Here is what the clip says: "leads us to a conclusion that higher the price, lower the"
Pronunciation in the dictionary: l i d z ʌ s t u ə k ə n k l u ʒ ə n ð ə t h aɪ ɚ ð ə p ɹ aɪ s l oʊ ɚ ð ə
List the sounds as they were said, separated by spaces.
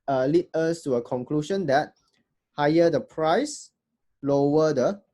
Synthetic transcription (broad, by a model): l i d ʌ s t u ə k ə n k l u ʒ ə n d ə t h aɪ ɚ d ə p ɹ aɪ s l oʊ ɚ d ə